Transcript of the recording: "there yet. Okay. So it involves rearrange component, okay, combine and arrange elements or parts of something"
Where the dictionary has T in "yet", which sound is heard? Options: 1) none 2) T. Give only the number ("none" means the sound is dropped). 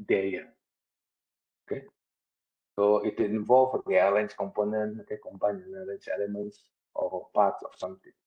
1